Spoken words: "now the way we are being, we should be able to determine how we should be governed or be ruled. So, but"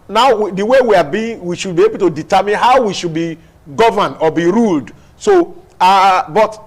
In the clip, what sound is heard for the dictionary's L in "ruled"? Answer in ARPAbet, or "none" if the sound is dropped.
L